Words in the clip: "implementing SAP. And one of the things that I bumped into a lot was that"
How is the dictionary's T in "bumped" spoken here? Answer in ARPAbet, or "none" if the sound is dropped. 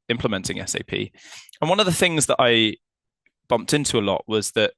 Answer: T